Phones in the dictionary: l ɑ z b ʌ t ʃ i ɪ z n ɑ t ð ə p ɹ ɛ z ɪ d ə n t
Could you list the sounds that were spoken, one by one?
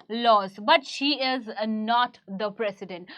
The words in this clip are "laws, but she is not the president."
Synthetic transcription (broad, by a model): l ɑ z b ʌ t ʃ i ɪ z n ɑ t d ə p ɹ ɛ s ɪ d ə n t